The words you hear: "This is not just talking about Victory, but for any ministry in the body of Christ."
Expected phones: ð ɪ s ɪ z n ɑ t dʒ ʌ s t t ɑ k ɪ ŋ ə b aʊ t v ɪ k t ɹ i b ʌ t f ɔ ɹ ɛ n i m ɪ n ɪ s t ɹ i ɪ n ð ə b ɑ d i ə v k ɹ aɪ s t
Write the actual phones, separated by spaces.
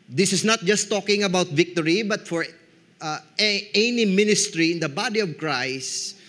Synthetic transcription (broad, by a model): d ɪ s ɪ s n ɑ t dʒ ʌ s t t ɑ k ɪ ŋ ə b aʊ t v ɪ k t ɹ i b ʌ t f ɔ ɹ ɛ n i m ɪ n ɪ s t ɹ i ɪ n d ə b ɑ d i ə v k ɹ aɪ s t